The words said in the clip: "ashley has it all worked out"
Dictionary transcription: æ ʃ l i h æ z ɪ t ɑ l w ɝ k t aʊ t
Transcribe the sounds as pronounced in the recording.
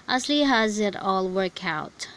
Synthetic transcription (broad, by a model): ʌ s l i h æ z ɪ t ɑ l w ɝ k aʊ t